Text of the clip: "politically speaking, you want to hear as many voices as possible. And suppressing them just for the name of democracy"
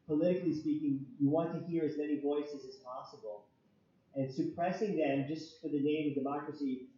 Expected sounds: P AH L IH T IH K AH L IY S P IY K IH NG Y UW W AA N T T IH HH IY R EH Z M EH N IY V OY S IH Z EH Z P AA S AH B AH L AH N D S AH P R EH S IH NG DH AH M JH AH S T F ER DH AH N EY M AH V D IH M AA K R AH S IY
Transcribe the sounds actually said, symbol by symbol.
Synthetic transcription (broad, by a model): P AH L IH T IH K L IY S P IY K IH NG Y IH W AA N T T IH HH IY R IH Z M EH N IY V OY S IH Z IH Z P AA S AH B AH L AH N S AH P R EH S IH NG DH AH M JH AH S T F ER DH AH N EY M AH V D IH M AA K R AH S IY